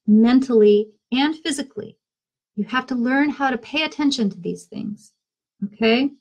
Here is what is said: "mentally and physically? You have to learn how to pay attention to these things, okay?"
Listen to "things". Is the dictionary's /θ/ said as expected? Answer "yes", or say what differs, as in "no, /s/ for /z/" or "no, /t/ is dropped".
yes